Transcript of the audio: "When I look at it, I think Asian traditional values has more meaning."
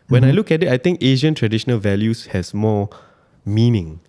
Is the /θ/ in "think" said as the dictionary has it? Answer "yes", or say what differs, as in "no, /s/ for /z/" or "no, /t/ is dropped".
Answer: no, /t/ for /θ/